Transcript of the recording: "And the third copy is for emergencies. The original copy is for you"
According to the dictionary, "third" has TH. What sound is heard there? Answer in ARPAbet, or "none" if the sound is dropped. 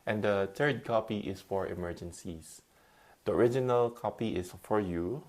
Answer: T